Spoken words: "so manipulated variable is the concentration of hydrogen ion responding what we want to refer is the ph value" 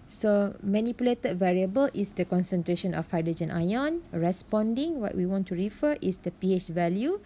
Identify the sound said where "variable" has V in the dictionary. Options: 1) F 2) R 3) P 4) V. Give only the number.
4